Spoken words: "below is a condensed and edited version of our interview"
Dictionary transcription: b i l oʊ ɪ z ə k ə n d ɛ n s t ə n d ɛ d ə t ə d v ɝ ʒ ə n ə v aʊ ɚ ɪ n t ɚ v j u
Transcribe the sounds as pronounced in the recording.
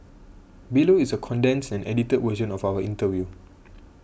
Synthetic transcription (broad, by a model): b i l oʊ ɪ s ə k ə n d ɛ n s ə n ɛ d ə t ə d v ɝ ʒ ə n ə f aʊ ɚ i n t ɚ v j u